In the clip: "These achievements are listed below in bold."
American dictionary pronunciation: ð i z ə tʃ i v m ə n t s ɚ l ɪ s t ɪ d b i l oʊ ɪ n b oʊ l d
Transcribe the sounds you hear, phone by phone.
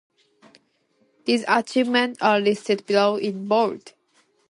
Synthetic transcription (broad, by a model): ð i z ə tʃ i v m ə n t ɚ l ɪ s t ɪ d b i l oʊ ɪ n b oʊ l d